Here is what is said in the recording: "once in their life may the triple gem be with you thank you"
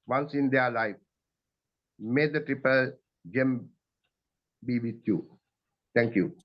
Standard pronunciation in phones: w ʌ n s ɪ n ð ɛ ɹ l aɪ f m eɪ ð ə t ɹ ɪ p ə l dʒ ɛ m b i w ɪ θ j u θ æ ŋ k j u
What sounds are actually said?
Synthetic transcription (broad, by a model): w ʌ n s ɪ n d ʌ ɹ l aɪ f m eɪ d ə t ɹ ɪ p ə l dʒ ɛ m b i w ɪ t j u t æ ŋ k j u